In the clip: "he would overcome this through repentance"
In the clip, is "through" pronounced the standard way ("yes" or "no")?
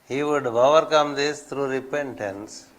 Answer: no